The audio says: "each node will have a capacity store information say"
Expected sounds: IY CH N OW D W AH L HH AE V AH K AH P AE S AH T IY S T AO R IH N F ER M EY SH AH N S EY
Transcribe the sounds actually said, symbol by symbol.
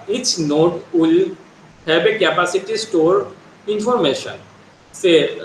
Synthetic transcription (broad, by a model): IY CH N OW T W AH L HH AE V AH K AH P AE S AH T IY S T AO R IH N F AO M EY SH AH N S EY